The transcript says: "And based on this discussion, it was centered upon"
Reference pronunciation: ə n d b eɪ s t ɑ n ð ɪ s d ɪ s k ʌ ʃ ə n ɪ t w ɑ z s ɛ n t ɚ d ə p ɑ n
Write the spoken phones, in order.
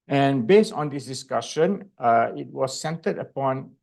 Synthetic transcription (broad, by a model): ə n b eɪ s t ɑ n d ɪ s d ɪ s k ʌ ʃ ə n ɪ t w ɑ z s ɛ n t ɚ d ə p ɑ n